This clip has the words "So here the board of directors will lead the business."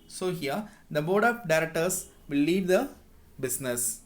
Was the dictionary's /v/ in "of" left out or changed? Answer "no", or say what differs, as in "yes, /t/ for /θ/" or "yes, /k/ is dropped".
yes, /p/ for /v/